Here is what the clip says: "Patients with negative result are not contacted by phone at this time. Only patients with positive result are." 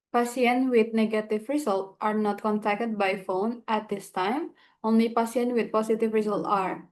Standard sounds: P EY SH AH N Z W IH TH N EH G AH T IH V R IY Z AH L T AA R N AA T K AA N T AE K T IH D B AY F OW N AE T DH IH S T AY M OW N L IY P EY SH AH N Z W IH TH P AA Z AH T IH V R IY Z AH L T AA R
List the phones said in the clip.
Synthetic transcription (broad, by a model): P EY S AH N W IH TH N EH G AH T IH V R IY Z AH L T AA R N AA T K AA N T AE K T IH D B AY F OW N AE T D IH S T AY M OW N L IY P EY S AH N W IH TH P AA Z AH T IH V R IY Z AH L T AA R